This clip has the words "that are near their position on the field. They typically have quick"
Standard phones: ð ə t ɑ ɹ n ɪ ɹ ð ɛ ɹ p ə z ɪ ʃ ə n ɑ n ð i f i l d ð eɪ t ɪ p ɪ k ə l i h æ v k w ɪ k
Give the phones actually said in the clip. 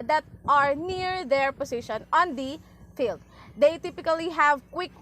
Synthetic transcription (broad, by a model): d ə t ɑ ɹ n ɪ ɹ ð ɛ ɹ p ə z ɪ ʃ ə n ɑ n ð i f i l d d eɪ t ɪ p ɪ k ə l i h æ v k w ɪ k